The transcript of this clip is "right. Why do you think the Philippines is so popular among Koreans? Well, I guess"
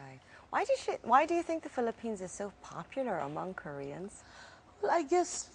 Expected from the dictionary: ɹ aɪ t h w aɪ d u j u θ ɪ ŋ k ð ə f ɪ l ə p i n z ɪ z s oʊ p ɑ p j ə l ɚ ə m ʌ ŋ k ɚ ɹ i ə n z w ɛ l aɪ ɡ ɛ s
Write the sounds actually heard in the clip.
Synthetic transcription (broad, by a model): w aɪ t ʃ w aɪ d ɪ j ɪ θ ɪ ŋ k ð ə f ɪ l ə p i n z ɪ z s oʊ p ɑ p j l ɚ ə m ʌ ŋ k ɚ ɹ i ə n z w ɛ l aɪ ɡ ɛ s